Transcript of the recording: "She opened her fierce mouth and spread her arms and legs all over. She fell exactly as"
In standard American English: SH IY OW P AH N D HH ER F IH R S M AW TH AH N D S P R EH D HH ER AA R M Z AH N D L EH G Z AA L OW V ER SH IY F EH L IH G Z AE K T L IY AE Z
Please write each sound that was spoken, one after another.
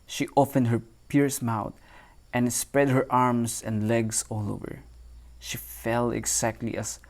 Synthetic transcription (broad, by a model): SH IY OW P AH N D HH ER P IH R S M AW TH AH N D S P R EH D HH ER AA R M S AH N D L EH G S AA L OW V ER SH IY F EH L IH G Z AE K T L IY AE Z